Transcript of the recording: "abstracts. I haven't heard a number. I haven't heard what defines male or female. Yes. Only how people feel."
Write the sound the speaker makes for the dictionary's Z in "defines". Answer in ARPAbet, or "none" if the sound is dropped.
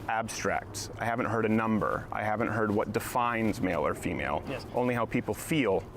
Z